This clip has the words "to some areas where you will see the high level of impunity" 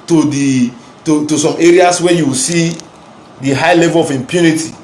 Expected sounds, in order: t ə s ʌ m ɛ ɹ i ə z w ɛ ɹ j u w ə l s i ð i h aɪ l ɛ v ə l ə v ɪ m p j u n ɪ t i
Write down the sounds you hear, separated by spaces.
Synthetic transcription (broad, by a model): t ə s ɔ m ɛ ɹ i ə s w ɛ j u w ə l s i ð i h aɪ l ɛ v ə l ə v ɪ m p j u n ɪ t i